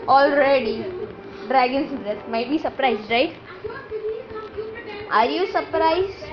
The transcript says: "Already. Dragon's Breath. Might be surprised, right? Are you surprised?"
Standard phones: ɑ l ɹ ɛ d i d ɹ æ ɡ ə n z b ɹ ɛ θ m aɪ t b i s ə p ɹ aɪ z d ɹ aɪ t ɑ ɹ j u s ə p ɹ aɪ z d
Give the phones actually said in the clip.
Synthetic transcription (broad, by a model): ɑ l ɹ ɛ d i d ɹ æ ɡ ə n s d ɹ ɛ s m aɪ t b i s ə p ɹ aɪ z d ɹ aɪ t ɑ ɹ j u s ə p ɹ aɪ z